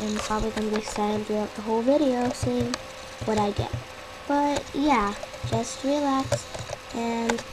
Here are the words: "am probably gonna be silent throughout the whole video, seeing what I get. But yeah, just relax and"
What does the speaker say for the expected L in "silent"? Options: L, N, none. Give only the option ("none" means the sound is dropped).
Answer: none